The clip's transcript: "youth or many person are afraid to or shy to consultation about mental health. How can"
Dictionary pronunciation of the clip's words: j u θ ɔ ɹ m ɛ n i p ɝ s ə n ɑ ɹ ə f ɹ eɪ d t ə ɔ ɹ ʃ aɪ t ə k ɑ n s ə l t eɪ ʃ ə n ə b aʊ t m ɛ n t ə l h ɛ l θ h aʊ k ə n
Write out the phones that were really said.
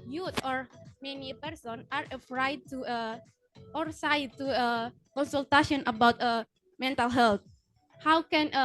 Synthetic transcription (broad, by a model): j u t ɔ ɹ m ɛ n i p ɝ s ə n ɑ ɹ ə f ɹ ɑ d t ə ɔ ɹ s aɪ t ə k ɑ n s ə l t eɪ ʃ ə n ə b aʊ t m ɛ n t ə l h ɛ l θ h aʊ k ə n